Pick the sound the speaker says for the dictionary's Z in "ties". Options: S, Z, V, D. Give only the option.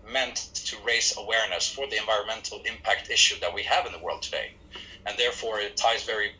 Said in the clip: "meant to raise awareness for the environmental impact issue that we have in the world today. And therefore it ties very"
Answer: Z